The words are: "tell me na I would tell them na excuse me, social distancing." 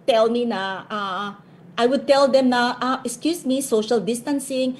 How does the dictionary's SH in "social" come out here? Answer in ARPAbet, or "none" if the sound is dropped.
SH